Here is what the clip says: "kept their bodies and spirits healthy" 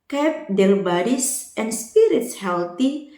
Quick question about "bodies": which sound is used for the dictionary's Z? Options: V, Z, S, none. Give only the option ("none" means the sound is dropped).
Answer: S